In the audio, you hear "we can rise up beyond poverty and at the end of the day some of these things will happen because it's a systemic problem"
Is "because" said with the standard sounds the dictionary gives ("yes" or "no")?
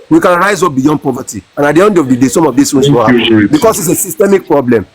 no